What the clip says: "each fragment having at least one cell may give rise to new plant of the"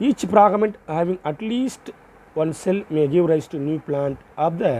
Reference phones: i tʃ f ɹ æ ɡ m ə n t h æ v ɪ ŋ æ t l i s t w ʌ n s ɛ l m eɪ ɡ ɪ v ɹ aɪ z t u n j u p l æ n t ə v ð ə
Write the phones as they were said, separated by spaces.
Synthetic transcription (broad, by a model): i tʃ p ɹ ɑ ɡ m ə n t h æ v ɪ ŋ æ t l i s t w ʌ n s ɛ l m eɪ ɡ ɪ v ɹ aɪ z t u n j u p l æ n t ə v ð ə